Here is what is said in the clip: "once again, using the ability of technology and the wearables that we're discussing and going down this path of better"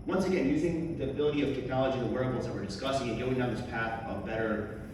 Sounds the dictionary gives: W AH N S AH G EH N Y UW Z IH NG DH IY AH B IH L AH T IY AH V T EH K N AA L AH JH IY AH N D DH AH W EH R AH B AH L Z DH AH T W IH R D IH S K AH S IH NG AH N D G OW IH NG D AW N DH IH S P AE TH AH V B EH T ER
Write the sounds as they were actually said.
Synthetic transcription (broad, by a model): W AH N S AH G EH N Y UW Z IH NG DH IY AH B IH L AH T IY AH V T EH K N AA L AH JH IY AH N DH AH W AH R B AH Z DH AH T W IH R D IH S K AH S IH NG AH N G OW IH NG D AW N DH IH S P AE TH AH B EH T ER